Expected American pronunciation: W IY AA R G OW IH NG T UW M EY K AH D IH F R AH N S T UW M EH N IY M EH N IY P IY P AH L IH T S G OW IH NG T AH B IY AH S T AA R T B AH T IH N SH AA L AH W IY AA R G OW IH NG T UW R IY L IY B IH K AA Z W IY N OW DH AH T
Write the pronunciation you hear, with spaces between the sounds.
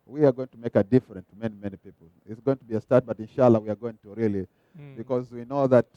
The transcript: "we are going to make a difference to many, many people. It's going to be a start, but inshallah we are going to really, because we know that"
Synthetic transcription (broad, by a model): W IY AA R G OW IH NG T UW M EY K AH D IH F R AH N T UW M EH N IY M EH N IY P IY P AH L IH T S G OW IH NG T AH B IY AH S T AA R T B AH T IH N SH AA L AH W IY AA R G OW IH NG T UW R IY L IY B IH K AA Z W IY N OW DH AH T